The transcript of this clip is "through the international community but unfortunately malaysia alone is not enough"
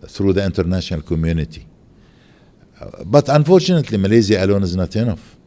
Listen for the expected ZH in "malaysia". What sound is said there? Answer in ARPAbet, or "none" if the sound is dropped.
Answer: Z